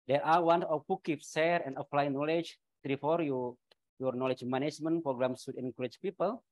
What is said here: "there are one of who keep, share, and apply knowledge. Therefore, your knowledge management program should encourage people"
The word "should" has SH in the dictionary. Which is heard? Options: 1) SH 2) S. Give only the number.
2